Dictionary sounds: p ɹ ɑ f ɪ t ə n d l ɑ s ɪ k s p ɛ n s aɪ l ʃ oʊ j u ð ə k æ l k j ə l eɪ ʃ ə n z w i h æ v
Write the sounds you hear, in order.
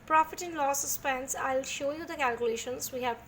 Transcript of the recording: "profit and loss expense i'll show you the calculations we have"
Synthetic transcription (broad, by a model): p ɹ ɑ f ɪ t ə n l ɑ s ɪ s p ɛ n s aɪ l ʃ oʊ j u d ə k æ l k j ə l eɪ ʃ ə n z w i h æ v